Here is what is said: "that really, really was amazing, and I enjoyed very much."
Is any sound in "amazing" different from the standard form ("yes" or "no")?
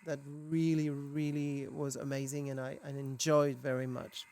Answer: no